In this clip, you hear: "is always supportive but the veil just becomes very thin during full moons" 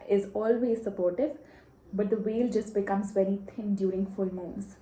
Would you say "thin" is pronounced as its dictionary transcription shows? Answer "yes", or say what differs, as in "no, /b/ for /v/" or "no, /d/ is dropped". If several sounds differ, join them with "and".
no, /t/ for /θ/